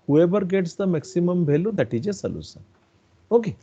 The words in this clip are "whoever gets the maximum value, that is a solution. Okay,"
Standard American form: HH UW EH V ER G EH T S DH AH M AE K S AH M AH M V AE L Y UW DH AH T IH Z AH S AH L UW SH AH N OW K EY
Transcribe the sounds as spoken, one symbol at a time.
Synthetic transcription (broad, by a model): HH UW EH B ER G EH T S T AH M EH K S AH M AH M B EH L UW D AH T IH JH AH S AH L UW S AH OW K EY